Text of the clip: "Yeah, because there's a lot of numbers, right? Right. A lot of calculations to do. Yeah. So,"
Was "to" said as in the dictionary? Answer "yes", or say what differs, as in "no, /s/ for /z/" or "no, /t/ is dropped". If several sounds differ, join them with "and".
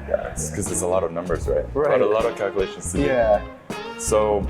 no, /s/ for /t/